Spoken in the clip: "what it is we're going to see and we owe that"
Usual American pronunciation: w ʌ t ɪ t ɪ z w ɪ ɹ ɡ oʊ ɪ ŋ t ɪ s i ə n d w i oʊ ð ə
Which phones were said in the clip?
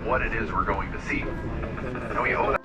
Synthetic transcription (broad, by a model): w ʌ t ɪ t ɪ z w ɪ ɹ ɡ oʊ ɪ ŋ t ɪ s i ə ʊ oʊ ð